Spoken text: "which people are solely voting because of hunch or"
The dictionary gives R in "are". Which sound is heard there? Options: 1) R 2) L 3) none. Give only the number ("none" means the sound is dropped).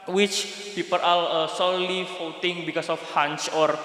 2